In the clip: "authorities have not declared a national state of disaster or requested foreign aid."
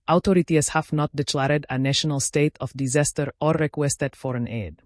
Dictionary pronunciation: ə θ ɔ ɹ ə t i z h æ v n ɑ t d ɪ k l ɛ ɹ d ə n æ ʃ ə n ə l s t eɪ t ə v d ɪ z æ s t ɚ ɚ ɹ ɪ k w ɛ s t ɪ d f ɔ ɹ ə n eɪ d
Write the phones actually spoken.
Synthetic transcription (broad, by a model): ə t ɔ ɹ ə t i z h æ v n ɑ t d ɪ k l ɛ ɹ d ə n æ ʃ ə n ə l s t eɪ t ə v d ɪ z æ s t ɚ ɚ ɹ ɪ k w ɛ s t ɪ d f ɔ ɹ ə n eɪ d